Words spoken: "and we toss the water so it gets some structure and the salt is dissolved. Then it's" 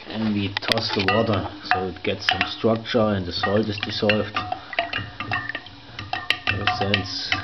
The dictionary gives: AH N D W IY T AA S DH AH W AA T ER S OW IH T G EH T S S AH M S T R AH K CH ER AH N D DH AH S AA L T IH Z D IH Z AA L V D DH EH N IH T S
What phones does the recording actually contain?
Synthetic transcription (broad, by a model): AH N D W IY T AA S DH AH W AA T ER S OW IH T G EH T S S AH M S T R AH K CH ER AH N D DH AH S AA L T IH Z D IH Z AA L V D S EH N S